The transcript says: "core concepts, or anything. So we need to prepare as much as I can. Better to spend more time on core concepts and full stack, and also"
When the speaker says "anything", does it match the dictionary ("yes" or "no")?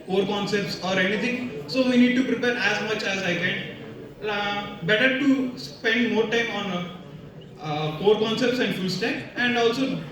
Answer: no